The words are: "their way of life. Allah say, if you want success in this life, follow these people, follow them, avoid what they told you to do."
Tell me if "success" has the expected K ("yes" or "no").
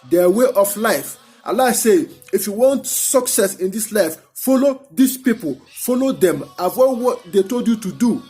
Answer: yes